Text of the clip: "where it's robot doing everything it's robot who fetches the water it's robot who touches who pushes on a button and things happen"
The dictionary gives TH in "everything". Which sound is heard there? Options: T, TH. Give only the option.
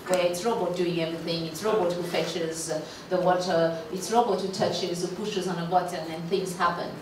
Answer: TH